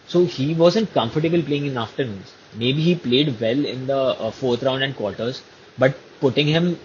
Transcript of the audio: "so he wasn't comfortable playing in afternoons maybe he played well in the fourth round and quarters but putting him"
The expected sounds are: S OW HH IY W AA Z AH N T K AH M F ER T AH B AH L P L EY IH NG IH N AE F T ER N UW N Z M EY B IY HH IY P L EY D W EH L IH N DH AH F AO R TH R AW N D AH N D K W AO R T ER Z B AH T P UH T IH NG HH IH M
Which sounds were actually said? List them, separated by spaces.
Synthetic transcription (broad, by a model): S OW HH IY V AA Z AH N T K AH M F ER T AH B AH L P L EY IH NG IH N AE F T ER N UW N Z M EY B IY HH IY P L EY D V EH L IH N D AH F AO R T R AW N D AH N D K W AO R T ER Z B AH T P UH T IH NG HH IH M